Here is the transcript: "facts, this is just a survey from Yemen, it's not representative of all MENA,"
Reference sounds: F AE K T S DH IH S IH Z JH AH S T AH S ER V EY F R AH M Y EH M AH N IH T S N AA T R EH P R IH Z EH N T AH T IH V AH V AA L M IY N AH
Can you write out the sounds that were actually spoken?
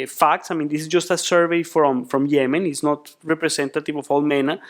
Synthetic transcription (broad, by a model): F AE K T S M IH S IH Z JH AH S T AH S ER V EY F R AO M Y EH M AH N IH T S N AA T R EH P R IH S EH N T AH T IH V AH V AA L M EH N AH